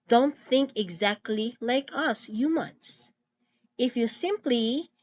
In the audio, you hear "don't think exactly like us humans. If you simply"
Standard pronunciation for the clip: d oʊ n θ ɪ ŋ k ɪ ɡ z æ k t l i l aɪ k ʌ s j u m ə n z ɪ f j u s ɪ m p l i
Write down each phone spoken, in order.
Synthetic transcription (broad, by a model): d oʊ n θ ɪ ŋ k ɪ ɡ z æ k t l i l aɪ k ʌ s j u m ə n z ɪ f j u s ɪ m p l i